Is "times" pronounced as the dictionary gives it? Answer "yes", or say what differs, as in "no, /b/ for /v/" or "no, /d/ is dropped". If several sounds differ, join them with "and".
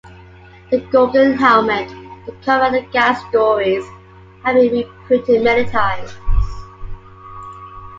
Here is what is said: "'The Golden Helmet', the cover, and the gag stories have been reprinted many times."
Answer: no, /m/ is dropped